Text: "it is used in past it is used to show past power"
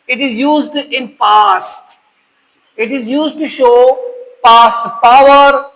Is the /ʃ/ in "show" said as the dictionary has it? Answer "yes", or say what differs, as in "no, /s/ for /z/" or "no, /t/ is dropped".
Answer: yes